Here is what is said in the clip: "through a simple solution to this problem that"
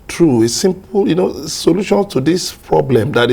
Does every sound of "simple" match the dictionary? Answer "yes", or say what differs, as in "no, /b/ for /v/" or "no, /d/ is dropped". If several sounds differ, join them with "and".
no, /n/ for /l/